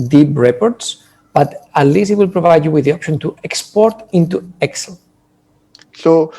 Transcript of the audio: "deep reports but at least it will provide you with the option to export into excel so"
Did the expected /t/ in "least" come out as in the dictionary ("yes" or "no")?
no